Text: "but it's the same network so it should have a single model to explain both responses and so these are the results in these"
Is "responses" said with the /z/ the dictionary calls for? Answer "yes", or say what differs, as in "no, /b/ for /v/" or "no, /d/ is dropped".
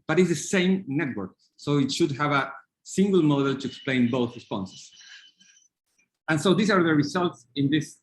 no, /s/ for /z/